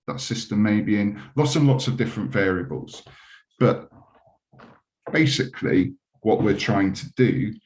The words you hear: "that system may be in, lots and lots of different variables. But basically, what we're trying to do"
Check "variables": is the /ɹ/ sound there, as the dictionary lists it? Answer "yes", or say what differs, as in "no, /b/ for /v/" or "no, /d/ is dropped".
yes